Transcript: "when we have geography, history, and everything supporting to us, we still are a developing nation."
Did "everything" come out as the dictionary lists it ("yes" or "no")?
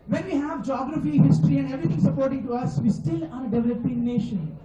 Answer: no